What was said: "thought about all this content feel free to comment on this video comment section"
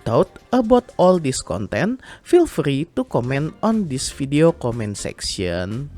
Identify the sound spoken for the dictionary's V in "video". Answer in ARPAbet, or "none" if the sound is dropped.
F